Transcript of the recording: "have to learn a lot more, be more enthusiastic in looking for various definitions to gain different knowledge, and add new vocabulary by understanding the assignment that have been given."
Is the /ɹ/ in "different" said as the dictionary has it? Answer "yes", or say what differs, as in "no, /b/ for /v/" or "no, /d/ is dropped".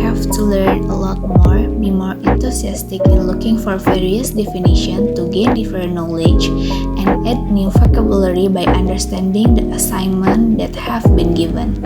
no, /ɹ/ is dropped